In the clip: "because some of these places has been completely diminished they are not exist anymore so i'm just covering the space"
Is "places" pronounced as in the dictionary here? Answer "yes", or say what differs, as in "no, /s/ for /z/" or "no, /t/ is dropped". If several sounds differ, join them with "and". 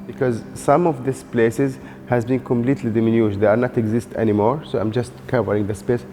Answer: yes